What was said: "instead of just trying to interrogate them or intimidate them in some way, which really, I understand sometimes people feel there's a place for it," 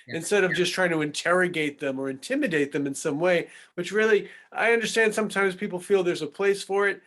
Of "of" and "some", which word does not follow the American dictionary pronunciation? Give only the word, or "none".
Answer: none